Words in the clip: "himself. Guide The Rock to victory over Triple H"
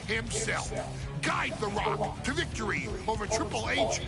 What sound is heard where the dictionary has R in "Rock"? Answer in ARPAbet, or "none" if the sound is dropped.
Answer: R